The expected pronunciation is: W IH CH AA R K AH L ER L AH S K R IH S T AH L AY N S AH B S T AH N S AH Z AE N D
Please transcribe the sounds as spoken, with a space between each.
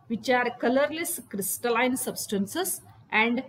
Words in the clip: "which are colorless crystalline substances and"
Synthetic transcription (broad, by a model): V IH CH AA R K AH L ER L AH S K R IH S T AH L AY N S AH B S T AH N S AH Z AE N D